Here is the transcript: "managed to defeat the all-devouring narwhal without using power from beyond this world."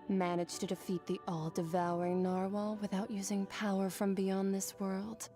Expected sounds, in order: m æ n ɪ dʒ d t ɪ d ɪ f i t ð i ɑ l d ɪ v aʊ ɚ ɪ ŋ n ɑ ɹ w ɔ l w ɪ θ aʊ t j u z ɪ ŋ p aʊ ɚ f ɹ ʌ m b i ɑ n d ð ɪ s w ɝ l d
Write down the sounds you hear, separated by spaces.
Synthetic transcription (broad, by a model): m æ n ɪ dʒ t ɪ d ɪ f i t ð i ɑ l d ɪ v aʊ ɚ ɪ ŋ n ɑ ɹ w ɔ l w ɪ θ aʊ t j u z ɪ ŋ p aʊ ɚ f ɹ ʌ m b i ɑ n ð ɪ s w ɝ l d